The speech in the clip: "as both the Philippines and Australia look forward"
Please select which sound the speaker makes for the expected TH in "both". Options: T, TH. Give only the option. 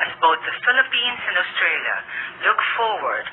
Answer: T